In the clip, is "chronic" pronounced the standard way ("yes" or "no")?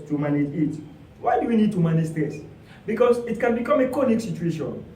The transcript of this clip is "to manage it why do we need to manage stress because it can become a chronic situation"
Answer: no